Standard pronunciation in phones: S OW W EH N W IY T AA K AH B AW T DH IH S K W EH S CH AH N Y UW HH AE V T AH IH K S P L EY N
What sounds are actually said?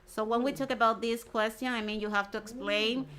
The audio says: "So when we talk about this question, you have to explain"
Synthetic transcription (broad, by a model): S OW W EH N W IY T AA K AH B AW T DH IH S K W EH S CH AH N Y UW HH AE F T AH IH K S P L EY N